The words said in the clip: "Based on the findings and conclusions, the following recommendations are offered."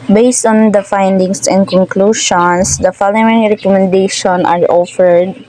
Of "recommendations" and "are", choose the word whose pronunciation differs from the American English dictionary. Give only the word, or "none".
recommendations